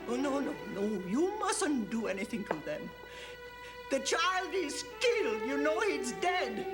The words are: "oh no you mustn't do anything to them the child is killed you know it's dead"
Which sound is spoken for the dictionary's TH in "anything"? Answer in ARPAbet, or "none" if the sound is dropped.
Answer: TH